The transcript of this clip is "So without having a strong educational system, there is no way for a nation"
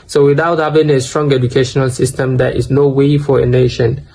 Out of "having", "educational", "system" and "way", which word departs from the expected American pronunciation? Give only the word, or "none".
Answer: having